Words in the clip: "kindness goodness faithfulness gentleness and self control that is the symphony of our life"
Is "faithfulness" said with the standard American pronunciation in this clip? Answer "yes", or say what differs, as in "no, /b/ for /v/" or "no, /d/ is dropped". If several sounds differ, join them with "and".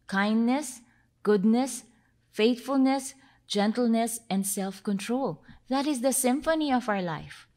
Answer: no, /t/ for /θ/